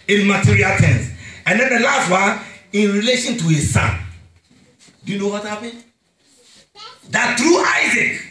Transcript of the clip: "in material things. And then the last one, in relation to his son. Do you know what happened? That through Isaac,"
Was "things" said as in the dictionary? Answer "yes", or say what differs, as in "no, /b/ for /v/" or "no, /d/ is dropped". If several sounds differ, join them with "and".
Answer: no, /t/ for /θ/